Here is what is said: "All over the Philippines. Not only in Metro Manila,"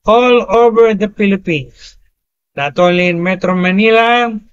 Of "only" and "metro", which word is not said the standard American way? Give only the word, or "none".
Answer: only